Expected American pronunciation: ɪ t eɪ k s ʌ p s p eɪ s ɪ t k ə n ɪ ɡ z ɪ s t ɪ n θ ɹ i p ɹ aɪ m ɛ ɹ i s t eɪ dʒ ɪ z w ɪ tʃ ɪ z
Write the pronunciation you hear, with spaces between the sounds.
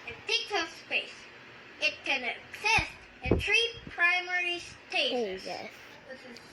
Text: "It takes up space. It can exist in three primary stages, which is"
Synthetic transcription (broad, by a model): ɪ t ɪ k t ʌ s p eɪ s ɪ t k ə n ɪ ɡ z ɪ s t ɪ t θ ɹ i p ɹ aɪ m ɛ ɹ i s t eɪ ɪ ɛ ɪ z